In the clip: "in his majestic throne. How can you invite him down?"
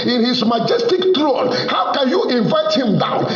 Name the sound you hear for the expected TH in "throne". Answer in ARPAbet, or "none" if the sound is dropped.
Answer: T